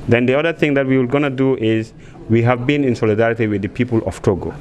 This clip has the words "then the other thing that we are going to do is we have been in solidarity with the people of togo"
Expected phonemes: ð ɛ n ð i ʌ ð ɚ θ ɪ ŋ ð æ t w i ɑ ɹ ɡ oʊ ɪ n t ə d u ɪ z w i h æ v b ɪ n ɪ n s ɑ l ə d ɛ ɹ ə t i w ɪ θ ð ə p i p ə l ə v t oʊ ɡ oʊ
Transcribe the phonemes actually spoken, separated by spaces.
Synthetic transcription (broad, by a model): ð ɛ n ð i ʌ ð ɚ θ ɪ ŋ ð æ t w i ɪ l ɡ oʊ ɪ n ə d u ɪ z w i h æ v b ɪ n ɪ n s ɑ l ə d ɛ ɹ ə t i w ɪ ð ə p i p ə l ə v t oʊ ɡ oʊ